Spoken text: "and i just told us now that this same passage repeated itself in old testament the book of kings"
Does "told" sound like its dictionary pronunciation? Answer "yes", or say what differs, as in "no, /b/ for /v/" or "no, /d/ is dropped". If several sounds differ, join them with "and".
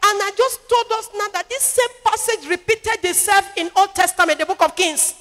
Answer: yes